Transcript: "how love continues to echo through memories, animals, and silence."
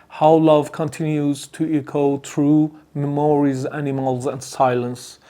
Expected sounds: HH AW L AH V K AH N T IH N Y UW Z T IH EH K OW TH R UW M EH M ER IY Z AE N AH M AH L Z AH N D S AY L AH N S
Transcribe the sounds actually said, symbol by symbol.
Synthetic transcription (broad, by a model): HH AW L AH V K AH N T IH N Y UW Z T IH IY K OW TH R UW M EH M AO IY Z AE N AH M AH L Z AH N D S AY L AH N S